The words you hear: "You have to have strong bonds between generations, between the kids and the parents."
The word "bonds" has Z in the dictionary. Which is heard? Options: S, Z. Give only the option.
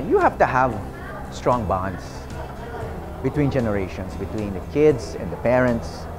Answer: S